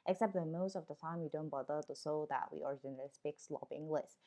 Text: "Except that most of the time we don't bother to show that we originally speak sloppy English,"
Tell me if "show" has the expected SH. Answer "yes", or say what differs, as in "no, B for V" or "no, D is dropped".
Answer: no, S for SH